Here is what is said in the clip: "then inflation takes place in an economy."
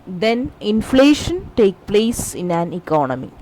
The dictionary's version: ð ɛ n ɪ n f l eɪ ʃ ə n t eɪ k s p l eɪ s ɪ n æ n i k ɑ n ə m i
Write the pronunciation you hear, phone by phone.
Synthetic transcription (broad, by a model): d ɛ n ɪ n f l eɪ ʃ ə n t eɪ k p l eɪ s ɪ n æ n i k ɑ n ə m i